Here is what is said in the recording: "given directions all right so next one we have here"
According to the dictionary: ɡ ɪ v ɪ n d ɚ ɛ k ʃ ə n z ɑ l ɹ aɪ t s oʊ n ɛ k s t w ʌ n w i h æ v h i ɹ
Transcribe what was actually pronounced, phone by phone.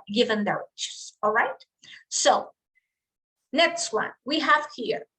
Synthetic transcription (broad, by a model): ɡ ɪ v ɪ n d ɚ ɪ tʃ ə z ɑ l ɹ aɪ t s oʊ n ɛ k s t w ʌ n w i h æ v h i ɹ